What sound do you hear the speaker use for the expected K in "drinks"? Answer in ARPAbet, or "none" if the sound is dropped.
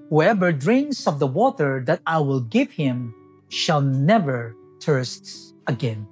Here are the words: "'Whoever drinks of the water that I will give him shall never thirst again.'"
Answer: none